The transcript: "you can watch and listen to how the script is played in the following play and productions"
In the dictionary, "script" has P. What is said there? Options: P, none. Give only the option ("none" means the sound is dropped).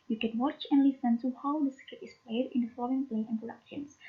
none